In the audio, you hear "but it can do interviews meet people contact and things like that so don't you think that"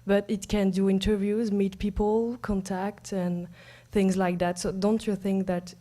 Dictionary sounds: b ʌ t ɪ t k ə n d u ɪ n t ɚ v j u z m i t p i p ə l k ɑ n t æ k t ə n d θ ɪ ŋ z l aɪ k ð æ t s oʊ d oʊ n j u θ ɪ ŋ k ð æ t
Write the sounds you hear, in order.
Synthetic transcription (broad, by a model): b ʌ t ɪ t k ə n d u ɪ n t ɚ v j u z m i t p i p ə l k ɑ n t æ k t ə n θ ɪ ŋ z l aɪ k ð æ t s oʊ d oʊ n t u θ ɪ ŋ k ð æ t